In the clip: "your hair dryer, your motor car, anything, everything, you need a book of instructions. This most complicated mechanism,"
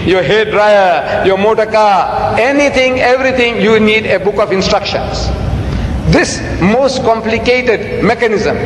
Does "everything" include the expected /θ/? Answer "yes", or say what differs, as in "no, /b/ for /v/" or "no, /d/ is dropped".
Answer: no, /t/ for /θ/